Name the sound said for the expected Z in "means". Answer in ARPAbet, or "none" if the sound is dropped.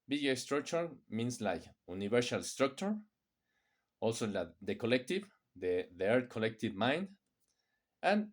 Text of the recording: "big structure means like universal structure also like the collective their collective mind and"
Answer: S